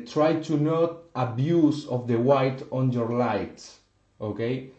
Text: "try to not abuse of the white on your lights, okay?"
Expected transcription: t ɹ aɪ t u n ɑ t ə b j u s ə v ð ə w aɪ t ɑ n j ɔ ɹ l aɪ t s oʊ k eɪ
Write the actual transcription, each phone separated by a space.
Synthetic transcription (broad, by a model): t ɹ aɪ t u n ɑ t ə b j u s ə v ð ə w aɪ t ɑ n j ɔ ɹ l aɪ t oʊ k eɪ